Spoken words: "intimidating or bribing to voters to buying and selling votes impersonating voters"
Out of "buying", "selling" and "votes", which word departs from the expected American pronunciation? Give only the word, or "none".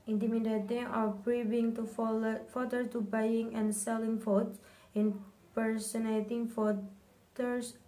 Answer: votes